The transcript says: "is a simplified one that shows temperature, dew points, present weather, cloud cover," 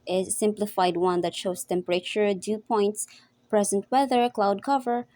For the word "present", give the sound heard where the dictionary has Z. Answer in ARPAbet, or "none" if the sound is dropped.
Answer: Z